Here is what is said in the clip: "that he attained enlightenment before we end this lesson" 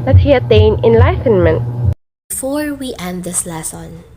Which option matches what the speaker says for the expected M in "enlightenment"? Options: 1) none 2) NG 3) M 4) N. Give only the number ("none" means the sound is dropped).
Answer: 3